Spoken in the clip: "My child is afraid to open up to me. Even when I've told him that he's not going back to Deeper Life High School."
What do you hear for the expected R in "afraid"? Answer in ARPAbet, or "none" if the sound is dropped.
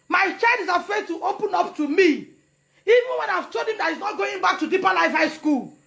none